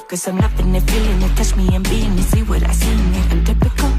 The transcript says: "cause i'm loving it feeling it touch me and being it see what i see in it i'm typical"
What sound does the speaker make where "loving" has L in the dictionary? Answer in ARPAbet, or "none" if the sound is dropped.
N